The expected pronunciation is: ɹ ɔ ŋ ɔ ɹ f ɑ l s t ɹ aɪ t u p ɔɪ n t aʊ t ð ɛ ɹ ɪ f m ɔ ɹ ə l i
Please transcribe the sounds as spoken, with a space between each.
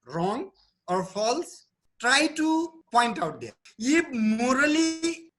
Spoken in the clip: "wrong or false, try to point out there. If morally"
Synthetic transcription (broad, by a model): ɹ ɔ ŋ ɔ ɹ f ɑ l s t ɹ aɪ t u p ɔɪ n t aʊ t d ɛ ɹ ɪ p m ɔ ɹ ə l i